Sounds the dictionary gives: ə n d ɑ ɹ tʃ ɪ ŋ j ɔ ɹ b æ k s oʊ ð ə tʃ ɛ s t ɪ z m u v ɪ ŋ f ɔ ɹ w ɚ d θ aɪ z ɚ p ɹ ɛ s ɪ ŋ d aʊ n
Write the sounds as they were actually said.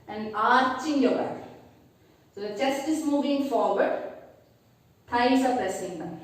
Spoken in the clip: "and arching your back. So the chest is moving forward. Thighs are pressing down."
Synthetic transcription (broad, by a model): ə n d ɑ ɹ tʃ ɪ ŋ j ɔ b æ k s oʊ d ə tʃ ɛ s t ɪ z m u v ɪ ŋ f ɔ ɹ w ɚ d t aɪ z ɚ f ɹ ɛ s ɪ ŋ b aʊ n